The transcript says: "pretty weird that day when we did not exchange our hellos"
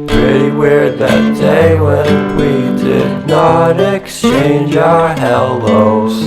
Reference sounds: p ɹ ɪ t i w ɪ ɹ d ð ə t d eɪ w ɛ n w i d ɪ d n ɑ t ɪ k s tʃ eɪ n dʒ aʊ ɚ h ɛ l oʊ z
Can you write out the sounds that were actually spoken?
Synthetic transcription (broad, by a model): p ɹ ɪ t i w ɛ ɹ ð ə t d eɪ w ɛ n w i d ɪ d n ɑ t ɪ k s tʃ eɪ n dʒ aʊ ɚ h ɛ l oʊ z